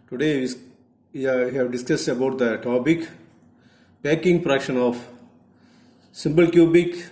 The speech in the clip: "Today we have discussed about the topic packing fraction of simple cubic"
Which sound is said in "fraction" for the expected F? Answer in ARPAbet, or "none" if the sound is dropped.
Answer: P